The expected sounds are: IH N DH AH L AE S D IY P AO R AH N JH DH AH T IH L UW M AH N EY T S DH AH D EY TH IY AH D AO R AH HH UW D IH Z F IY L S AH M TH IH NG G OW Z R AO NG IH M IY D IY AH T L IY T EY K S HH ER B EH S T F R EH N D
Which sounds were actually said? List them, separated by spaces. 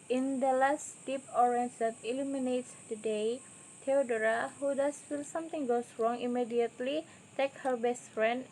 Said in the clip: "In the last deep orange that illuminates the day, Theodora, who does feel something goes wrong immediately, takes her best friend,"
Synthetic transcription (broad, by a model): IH N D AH L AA S D IY P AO R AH N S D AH T IH L UW M AH N EY T S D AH D EY T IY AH D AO R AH HH UW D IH S F IY L S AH M T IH NG G OW S R AO NG IH M IY D IY AH T L IY T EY K HH ER B EH S T F R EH N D